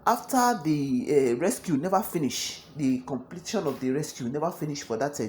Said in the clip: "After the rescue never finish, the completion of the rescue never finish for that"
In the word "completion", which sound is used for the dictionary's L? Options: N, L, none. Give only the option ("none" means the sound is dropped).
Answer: L